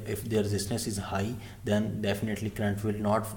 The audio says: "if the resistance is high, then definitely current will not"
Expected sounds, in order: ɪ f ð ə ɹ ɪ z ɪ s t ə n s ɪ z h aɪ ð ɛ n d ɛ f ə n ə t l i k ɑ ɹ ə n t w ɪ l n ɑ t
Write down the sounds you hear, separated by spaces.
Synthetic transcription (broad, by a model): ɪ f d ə ɹ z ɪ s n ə s ɪ z h aɪ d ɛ n d ɛ f ə n ə t l i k ɹ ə n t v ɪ l n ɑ t